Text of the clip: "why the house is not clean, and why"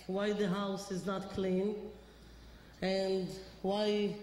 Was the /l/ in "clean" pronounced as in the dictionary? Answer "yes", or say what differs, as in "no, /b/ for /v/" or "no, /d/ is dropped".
yes